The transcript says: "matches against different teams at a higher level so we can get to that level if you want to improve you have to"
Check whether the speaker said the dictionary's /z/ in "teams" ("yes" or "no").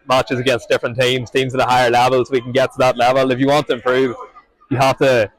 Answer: yes